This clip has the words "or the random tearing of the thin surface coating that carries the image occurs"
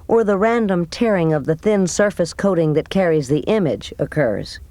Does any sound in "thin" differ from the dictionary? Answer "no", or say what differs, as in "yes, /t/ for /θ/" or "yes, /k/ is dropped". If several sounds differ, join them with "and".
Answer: no